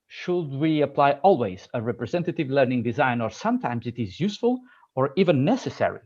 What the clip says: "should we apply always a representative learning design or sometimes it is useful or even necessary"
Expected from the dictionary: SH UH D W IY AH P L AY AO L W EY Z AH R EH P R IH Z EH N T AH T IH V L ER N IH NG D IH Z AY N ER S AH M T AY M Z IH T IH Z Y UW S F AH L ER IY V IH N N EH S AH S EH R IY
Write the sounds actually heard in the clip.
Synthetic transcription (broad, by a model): SH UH D W IY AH P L AY AO L W EY Z AH R EH P R IH Z EH N T AH T IH V L ER N IH NG D IH Z AY N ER S AH M T AY M Z IH T IH Z Y UW S F AH L ER IY V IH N N EH S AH S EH R IY